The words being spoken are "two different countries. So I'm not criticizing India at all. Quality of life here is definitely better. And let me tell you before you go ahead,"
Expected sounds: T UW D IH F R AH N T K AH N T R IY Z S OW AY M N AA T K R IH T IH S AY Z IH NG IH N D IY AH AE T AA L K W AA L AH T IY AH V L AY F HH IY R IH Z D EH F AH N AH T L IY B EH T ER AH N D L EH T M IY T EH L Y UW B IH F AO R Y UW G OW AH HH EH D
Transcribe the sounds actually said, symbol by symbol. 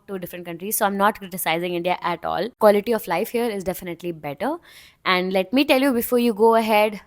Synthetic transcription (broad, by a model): T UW D IH F R AH N T K AH N T R IY Z S OW AY M N AA T K R IH T IH S AY Z IH NG IH N D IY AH AE T AA L K W AA L AH T IY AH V L AY F HH IY R IH Z D EH F AH N AH T L IY B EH T ER AH N D L EH T M IY T EH L Y UW B IH F AO R Y UW G OW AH HH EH D